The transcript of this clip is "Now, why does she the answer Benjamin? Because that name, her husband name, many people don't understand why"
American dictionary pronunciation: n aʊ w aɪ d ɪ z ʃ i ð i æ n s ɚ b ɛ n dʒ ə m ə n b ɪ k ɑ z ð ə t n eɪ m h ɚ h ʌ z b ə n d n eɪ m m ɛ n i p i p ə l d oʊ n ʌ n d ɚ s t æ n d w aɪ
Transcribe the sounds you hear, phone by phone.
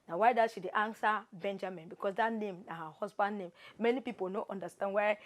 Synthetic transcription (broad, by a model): n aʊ w aɪ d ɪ ʃ i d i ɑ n s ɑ b ɛ n dʒ ə m ə n b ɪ k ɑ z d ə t n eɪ m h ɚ h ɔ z b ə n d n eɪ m m ɛ n i p i p ə l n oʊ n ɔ n d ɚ s t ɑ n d w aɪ